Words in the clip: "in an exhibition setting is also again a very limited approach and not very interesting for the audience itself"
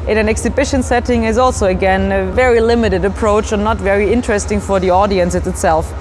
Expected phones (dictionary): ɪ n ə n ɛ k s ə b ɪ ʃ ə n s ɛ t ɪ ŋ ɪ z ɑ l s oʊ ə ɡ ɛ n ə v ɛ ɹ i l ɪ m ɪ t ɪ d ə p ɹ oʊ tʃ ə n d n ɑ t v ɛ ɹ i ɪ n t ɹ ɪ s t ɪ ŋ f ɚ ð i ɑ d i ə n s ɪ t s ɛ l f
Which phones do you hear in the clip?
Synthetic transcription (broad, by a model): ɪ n ə n ɛ k s ə b ɪ ʃ ə n s ɛ t ɪ ŋ ɪ z ɑ l s oʊ ə ɡ ɛ n ə v ɛ ɹ i l ɪ m ɪ t ɪ d ə p ɹ oʊ tʃ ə n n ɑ t v ɛ ɹ i ɪ n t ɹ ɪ s t ɪ ŋ f ɚ ð i ɑ d i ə n s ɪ t s ɛ l f